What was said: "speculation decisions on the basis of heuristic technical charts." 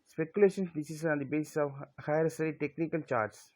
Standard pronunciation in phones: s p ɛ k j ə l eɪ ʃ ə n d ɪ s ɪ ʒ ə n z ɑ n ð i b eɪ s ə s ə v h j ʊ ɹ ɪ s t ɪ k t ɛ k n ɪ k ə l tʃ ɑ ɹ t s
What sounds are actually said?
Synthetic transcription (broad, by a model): s p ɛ k j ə l eɪ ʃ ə n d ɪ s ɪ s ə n ɑ n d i b eɪ s ə s ə v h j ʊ ɹ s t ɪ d t ɛ k n ɪ k ə l tʃ ɑ ɹ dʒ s